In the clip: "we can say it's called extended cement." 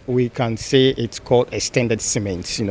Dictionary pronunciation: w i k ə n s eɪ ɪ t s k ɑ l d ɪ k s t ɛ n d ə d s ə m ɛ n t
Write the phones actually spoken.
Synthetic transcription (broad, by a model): w i k ə n s eɪ ɪ t s k ɑ l d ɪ s t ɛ n d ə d s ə m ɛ n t